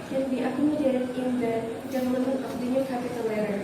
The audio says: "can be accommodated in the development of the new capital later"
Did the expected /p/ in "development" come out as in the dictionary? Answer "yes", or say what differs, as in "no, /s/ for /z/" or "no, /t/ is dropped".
no, /p/ is dropped